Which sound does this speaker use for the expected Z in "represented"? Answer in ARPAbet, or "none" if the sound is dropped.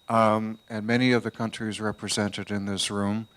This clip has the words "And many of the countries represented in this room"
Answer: Z